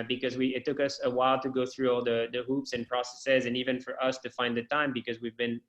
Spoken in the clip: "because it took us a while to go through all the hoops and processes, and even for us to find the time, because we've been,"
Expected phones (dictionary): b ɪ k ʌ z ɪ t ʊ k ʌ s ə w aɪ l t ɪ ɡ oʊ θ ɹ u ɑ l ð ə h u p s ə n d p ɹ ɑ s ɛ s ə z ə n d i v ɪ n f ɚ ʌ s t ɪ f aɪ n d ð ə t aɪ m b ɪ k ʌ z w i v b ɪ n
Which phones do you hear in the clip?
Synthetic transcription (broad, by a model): b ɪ k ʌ z ɪ t ʊ k ʌ s ə w aɪ l t ɪ ɡ oʊ θ ɹ u ɑ l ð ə h u p s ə n p ɹ ɑ s ɛ s ə z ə n i v ɪ n f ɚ ʌ s t ɪ f aɪ n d ð ə t aɪ m b ɪ k ʌ z w i v b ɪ n